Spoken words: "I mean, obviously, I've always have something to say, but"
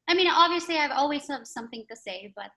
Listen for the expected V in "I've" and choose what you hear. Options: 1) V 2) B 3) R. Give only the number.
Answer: 1